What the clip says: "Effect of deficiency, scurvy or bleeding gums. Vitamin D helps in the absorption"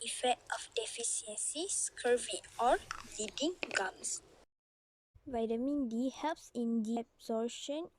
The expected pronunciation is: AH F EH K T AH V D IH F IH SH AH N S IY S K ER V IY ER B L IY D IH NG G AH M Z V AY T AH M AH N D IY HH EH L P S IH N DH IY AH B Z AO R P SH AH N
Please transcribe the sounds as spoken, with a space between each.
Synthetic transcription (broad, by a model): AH F EH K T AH F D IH F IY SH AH N S IY S K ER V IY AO L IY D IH NG G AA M S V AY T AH M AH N D IY HH EH L P S IH N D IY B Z AO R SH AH N